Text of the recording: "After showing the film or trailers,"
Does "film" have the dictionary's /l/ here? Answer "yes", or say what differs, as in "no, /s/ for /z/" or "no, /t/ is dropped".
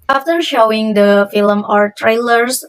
yes